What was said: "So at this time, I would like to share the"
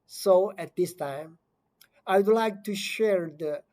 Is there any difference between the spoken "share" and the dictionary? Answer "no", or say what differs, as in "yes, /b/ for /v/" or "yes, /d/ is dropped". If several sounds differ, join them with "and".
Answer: no